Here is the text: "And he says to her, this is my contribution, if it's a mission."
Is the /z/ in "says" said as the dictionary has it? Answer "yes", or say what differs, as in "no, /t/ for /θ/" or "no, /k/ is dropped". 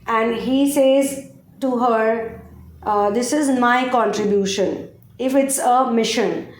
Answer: yes